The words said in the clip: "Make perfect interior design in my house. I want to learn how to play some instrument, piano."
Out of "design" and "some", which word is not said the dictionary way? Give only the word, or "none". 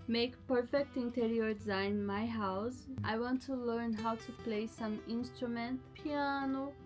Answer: design